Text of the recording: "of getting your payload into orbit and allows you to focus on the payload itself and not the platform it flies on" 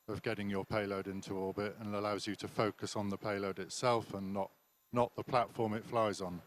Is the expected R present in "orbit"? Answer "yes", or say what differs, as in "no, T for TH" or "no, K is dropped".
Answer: no, L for R